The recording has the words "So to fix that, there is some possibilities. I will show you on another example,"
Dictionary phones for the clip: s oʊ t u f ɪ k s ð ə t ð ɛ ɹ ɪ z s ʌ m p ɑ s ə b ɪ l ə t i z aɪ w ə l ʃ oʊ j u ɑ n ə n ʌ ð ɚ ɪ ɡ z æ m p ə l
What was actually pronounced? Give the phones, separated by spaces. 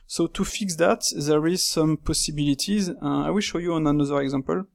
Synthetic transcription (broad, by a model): s oʊ t u f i k s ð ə t ð ɛ ɹ ɪ z s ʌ m p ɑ s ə b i l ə t i z aɪ w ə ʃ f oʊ j u ɑ n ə n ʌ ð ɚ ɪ ɡ z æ m p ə l